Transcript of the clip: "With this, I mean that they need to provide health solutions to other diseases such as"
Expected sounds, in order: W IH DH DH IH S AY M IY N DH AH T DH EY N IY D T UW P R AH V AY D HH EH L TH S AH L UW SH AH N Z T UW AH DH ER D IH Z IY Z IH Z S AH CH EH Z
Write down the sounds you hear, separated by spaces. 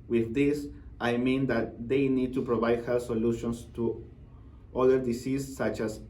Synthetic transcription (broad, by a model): W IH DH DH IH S AY M IY N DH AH T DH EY N IY D T UW P R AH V AY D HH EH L S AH L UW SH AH N S T UW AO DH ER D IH S IY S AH CH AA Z